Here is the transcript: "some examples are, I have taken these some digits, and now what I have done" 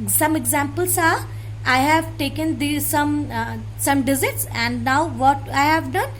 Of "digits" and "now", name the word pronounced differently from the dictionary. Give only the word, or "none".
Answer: digits